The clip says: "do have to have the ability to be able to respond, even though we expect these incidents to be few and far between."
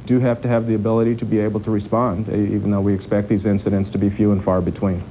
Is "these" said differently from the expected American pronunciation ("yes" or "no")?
no